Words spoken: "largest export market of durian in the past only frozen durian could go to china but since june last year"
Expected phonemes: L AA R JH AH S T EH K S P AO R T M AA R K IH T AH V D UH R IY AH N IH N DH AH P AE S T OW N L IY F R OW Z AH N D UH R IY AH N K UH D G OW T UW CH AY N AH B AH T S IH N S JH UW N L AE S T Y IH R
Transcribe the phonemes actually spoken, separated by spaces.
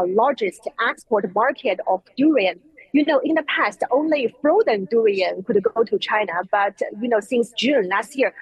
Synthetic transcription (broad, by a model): L AA R JH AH S T EH K S P AO R T M AA R K IH T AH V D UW R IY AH N IH N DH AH P AE S T OW N L IY F R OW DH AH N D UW R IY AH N K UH D G OW T UW CH AY N AH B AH T S IH N S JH UW N L AE S T Y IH R